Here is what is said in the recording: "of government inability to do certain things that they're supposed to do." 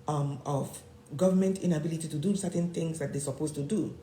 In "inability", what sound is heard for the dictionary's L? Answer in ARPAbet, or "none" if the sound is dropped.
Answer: L